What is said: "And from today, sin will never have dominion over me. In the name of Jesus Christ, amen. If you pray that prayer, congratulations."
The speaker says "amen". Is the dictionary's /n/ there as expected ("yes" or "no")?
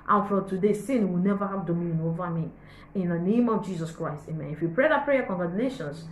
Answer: yes